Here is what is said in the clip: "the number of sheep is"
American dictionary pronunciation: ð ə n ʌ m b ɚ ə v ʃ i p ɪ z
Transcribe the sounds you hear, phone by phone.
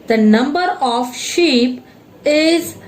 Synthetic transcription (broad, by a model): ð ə n ʌ m b ɚ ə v ʃ i p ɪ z